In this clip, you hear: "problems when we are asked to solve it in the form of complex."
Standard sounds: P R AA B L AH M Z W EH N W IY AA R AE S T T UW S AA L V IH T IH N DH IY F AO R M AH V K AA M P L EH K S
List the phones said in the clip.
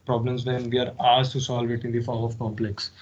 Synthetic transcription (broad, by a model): P R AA B L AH M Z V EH N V IY AA R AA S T T UW S AA L V IH T IH N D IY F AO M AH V K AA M P L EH K S